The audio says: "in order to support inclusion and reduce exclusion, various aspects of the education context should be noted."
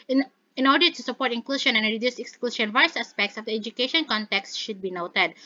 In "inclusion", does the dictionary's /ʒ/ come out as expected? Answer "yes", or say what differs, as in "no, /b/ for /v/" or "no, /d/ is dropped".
no, /ʃ/ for /ʒ/